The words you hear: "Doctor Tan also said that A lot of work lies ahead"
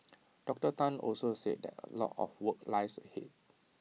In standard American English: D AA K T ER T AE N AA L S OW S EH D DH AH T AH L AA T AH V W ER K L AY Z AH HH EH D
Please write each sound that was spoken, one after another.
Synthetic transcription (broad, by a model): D AA K T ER T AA N AA L S OW S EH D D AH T AH L AA T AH F W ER K L AY S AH HH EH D